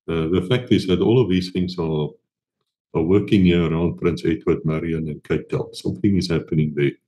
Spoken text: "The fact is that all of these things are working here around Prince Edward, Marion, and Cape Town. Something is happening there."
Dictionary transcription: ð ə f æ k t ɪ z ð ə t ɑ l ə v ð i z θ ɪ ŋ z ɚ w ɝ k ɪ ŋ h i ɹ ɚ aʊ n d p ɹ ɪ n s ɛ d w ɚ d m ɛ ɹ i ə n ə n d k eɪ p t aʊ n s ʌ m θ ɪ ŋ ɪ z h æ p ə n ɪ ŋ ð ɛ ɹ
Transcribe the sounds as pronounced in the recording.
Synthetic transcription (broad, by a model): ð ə f æ k t ɪ z ð ə t ɑ l ə v ð i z θ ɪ ŋ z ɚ w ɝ k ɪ ŋ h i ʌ ɚ aʊ n d p ɹ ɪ n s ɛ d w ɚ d m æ ɹ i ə n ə n k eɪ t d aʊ l s ʌ m θ ɪ ŋ ɪ z h æ p ə n ɪ ŋ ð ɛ